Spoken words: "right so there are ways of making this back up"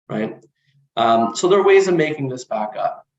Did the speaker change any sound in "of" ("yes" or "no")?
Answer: no